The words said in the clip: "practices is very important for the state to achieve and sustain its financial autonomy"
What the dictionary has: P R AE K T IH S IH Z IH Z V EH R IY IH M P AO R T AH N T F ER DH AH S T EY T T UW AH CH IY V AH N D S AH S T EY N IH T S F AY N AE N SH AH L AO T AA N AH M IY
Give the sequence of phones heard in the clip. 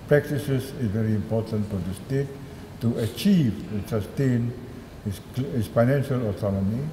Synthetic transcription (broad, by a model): P R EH K T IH S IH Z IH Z V EH R IY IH M P AO T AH N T F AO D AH S T EY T T UW AH CH IY V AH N S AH S T EY N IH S F AY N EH N SH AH L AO T AA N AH M IY